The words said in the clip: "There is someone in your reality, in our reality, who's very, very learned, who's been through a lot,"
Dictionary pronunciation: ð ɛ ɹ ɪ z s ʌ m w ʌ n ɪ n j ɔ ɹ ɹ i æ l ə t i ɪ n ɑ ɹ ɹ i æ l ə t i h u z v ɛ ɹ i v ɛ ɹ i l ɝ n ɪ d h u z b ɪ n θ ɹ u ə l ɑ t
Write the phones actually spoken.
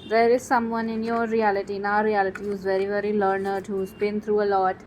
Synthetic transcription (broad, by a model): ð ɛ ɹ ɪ s ʌ m w ʌ n ɪ n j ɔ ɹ ɹ i æ l ə t i n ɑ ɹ ɹ i æ l ə t i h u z v ɛ ɹ i v ɛ ɹ i l ɝ n ɪ d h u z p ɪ n t ɹ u ə l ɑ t